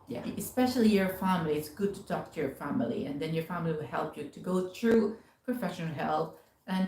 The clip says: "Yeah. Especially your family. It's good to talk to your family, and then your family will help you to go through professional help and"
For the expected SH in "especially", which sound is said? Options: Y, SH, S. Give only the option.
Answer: SH